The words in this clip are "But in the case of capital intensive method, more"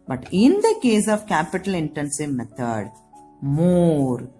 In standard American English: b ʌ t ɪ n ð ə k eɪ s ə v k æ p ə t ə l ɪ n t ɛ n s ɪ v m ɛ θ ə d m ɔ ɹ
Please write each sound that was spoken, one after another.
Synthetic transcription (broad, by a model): b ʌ t ɪ n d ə k eɪ s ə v k æ p ə t ə l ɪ n t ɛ n s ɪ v m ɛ t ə d m ɔ ɹ